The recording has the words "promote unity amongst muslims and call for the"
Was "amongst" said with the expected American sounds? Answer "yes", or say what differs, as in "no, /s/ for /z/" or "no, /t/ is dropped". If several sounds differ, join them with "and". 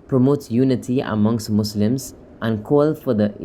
yes